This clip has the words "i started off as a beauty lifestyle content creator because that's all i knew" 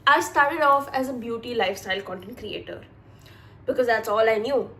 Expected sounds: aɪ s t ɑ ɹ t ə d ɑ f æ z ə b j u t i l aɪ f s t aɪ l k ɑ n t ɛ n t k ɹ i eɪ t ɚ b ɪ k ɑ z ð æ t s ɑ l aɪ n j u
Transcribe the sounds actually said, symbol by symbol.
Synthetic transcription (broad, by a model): aɪ s t ɑ ɹ t ə d ɑ f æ z ə b j u t i l aɪ f s t aɪ l k ɑ n t ɛ n t k ɹ i eɪ t ɚ b ɪ k ɑ z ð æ t s ɑ l aɪ n j u